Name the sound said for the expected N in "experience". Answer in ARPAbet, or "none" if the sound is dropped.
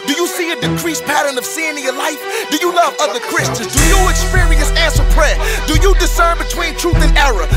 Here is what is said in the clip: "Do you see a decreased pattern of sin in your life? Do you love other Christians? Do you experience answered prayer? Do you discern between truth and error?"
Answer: none